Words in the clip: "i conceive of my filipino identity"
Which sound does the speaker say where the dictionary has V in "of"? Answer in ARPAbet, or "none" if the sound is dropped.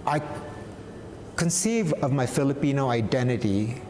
V